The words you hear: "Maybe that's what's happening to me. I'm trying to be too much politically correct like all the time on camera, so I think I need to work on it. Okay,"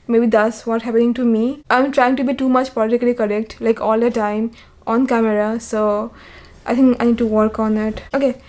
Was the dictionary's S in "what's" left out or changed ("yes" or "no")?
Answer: yes